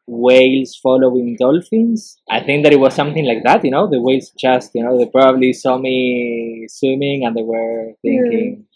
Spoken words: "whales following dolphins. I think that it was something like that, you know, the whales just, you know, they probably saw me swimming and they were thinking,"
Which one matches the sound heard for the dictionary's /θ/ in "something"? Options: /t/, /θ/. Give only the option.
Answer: /θ/